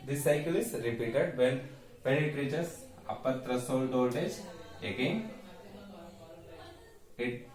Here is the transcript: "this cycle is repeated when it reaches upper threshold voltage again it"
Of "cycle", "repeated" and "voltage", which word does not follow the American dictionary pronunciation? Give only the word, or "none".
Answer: voltage